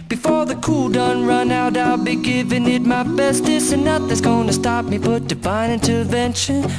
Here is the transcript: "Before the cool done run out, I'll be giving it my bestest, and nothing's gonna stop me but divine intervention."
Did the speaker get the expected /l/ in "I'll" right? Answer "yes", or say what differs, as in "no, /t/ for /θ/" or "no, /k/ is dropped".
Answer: yes